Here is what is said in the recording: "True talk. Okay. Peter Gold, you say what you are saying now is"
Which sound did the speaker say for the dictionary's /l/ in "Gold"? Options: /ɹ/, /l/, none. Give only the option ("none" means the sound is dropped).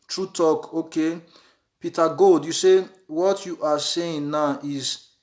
none